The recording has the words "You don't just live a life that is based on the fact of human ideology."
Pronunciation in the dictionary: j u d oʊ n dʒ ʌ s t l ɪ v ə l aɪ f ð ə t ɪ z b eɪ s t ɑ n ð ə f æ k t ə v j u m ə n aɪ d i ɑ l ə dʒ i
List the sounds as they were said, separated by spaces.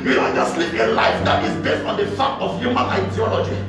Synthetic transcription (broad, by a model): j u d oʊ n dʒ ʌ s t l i p ə l aɪ f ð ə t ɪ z b eɪ s t ɑ n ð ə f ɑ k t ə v j u m ə n aɪ d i ɑ l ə dʒ i